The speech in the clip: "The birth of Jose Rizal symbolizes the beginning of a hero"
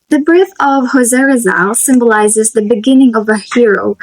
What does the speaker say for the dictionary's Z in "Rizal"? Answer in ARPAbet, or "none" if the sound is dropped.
Z